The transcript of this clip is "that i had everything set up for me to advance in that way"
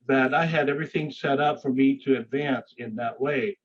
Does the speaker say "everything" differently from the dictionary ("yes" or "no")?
no